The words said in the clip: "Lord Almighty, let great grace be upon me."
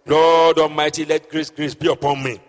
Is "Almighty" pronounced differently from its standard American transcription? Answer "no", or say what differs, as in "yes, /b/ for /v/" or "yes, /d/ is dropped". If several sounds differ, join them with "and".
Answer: yes, /l/ is dropped